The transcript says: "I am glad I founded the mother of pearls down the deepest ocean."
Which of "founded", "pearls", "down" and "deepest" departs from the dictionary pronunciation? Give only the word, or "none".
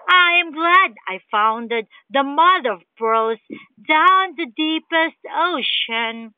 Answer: pearls